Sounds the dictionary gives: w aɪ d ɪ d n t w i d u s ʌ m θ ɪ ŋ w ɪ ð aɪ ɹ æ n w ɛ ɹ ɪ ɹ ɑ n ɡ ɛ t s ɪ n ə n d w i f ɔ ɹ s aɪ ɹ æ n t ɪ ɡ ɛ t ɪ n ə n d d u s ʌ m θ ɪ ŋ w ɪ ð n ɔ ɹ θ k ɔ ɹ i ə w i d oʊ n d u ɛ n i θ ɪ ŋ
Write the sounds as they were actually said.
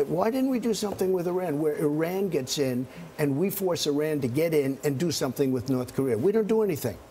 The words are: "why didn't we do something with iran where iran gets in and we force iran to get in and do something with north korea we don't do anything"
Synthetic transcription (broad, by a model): w aɪ d ɪ d n t w i d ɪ s ʌ m θ ɪ ŋ w ɪ ð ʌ ɹ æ n w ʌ ɹ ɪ ɹ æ n ɡ ɛ t s ɪ n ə n w i f ɔ ɹ s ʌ ɹ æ n t ɪ ɡ ɛ t ɪ n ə n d d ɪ s ʌ m θ ɪ ŋ w ɪ ð n ɔ ɹ θ k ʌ ɹ i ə w i d oʊ n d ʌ ɛ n i θ ɪ ŋ